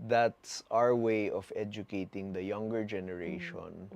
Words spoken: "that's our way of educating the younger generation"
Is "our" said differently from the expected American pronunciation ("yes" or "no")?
no